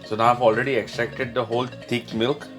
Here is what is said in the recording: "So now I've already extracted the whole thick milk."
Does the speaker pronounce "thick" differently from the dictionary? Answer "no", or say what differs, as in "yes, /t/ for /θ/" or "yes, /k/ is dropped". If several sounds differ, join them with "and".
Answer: yes, /t/ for /θ/